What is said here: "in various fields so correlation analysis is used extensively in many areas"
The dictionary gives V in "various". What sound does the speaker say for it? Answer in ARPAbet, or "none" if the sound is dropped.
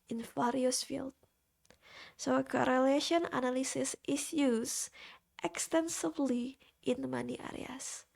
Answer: F